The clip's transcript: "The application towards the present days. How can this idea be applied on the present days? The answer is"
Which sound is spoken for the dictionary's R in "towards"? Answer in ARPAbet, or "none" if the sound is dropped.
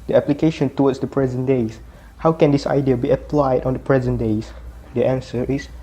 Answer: W